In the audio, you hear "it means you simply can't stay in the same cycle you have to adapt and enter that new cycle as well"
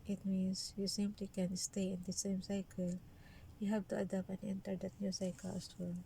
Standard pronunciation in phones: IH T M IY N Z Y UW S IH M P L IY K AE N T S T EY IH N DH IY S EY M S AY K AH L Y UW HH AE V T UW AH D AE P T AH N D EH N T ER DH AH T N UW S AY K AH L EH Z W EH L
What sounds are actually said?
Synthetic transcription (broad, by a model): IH T M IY N S Y UW S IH M P L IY K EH N S T EY IH N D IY S EY M S AY K AH L Y UW HH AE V T UW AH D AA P AH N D EH N T ER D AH T N UW S AY K AH L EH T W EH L